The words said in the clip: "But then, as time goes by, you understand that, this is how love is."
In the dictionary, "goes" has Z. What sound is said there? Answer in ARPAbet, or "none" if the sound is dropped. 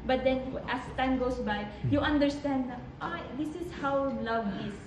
S